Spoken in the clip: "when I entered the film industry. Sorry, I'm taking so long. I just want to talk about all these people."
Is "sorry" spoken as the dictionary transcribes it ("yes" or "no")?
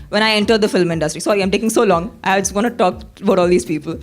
no